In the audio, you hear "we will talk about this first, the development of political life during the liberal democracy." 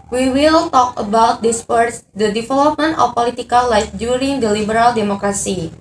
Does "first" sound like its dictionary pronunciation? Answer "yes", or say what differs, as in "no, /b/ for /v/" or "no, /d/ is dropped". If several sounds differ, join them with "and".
no, /p/ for /f/